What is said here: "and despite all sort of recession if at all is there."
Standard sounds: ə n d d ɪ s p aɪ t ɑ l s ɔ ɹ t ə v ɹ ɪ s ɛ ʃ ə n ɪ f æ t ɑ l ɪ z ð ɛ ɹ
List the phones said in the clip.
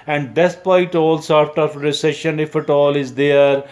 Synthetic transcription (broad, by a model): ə n d d ɪ s p aɪ t ɑ l s ɔ ɹ t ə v ɹ ɪ s ɛ ʃ ə n ɪ f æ t ɑ l ɪ z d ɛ ɹ